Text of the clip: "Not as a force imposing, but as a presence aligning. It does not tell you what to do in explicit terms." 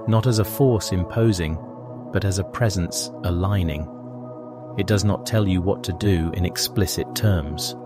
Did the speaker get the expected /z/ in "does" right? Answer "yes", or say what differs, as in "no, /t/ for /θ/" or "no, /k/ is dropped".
yes